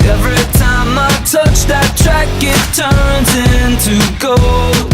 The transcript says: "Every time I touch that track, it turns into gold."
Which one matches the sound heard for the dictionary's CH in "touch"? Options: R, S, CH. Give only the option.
CH